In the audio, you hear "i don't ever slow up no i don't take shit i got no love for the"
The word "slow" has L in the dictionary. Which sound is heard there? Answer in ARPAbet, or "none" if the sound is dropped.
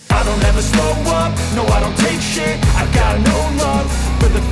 none